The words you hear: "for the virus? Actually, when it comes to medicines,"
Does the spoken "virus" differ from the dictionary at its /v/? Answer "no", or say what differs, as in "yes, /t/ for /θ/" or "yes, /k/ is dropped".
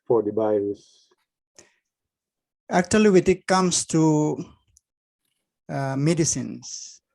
yes, /b/ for /v/